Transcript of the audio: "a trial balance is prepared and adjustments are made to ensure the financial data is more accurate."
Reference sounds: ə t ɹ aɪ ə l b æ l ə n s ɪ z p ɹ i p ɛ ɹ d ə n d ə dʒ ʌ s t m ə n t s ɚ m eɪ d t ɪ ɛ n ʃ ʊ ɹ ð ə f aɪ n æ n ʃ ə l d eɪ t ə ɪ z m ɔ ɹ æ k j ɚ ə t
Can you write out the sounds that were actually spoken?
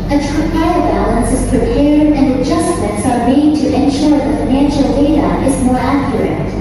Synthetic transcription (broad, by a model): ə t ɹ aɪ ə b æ l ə n s ɪ z p ɹ i p ɛ ɹ d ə n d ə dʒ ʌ s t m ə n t s ɚ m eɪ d t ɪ ɛ n ʃ ʊ ɹ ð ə f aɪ n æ n ʃ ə l d eɪ t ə ɪ z m ɔ ɹ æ k j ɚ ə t